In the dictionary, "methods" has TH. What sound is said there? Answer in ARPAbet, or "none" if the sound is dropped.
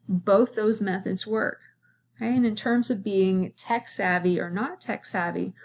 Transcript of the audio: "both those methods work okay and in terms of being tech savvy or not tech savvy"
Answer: TH